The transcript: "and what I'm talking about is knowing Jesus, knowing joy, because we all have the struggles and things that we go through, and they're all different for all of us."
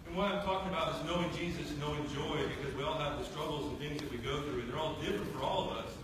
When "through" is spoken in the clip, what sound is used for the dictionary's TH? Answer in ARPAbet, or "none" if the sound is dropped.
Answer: TH